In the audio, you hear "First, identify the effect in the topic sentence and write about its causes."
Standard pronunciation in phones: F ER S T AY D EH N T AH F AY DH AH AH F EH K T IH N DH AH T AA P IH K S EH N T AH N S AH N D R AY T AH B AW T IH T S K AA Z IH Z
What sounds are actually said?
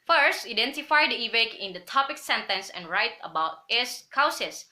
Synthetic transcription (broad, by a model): F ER S T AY D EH N T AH F AY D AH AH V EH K IH N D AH T AA P IH K S EH N T AH N S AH N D R AY T AH B AW T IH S K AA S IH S